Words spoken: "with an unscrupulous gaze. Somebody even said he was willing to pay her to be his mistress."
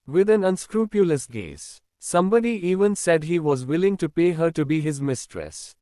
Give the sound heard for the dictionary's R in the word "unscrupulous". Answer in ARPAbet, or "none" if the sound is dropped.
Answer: R